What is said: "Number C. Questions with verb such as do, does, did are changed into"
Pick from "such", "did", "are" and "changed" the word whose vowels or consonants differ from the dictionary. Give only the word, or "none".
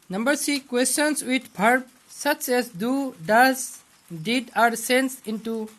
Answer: changed